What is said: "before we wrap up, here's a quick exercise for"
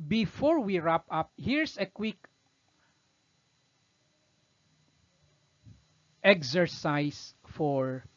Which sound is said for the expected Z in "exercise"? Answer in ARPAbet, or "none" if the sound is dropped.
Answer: S